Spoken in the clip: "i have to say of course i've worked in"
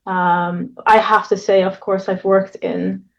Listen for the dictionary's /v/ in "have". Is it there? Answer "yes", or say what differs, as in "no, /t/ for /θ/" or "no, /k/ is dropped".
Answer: no, /f/ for /v/